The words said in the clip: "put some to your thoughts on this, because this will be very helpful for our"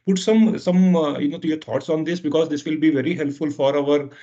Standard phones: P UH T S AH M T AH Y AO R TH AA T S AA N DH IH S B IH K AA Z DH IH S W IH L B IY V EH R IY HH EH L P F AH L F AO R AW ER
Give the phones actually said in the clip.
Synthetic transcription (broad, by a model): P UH T S AH M S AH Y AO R T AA T S AA N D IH S B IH K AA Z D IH S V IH L B IY V EH R IY HH EH L P F AH L F AO R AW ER